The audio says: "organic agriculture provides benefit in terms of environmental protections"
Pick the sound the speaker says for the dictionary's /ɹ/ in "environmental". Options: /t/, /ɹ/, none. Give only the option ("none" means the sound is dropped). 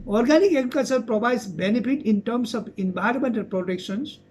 none